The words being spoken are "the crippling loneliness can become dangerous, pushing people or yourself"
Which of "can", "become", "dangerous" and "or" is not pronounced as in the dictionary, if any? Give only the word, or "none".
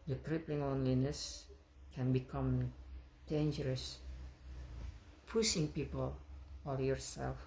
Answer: or